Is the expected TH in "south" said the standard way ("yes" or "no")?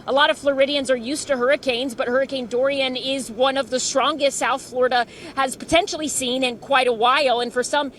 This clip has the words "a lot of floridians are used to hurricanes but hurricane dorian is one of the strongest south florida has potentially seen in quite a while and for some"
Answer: yes